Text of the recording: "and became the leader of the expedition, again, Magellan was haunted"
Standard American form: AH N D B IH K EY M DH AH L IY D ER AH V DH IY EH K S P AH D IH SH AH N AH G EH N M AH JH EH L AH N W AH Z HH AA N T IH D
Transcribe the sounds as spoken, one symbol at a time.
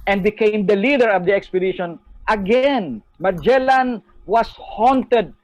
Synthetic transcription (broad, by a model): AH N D B IH K EY M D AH L IY D ER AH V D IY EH K S P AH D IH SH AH N AH G EH N M AH JH EH L AH N W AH S HH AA N T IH D